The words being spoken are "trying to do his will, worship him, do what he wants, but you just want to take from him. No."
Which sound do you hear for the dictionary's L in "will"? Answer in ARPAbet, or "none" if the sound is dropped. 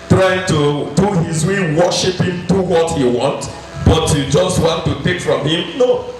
N